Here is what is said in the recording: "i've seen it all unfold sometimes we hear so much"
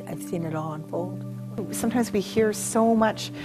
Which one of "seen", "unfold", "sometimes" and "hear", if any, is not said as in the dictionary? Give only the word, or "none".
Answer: none